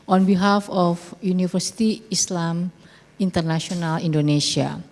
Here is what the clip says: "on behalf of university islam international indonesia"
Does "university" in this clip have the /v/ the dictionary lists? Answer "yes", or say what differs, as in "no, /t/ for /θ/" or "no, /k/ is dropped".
no, /f/ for /v/